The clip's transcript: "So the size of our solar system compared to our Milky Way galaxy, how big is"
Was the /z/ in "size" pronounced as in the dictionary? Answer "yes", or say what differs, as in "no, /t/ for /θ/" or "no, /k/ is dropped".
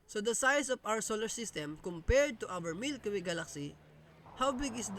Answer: no, /s/ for /z/